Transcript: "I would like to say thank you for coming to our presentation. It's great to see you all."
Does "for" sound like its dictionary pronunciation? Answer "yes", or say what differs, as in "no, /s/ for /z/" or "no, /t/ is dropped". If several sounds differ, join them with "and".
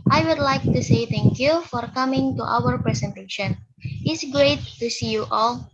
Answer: yes